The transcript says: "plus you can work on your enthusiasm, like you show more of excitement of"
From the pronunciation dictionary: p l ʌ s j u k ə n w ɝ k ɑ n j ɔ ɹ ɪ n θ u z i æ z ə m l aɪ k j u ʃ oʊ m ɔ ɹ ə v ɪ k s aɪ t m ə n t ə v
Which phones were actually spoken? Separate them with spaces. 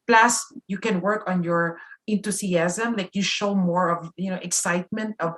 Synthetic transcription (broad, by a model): p l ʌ s j u k ə n w ɝ k ɑ n j ɔ ɹ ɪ n t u s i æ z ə m l aɪ k j u ʃ oʊ m ɔ ɹ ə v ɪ k s aɪ t m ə n t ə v